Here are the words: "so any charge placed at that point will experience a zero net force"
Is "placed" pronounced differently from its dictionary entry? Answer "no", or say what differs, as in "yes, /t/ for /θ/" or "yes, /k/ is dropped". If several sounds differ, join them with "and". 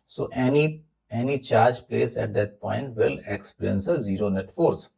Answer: yes, /t/ is dropped